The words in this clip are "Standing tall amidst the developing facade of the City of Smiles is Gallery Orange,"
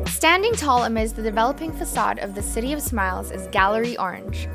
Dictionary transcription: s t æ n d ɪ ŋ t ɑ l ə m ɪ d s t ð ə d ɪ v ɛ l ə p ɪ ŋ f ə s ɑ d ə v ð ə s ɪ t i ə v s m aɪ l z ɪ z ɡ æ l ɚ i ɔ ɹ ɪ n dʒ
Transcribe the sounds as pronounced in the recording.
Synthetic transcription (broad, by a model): s t æ n d ɪ ŋ t ɑ l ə m ɪ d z ð ə d ɪ v ɛ l ə p ɪ ŋ f ə s ɑ d ə v ð ə s ɪ t i ə v s m aɪ l z ɪ z ɡ æ l ɚ i ɔ ɹ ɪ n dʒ